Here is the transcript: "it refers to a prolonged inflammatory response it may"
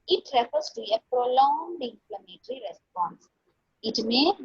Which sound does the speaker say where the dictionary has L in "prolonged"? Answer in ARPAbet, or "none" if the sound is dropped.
L